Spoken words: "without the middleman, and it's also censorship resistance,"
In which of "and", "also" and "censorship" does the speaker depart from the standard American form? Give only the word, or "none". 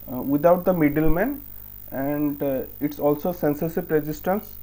censorship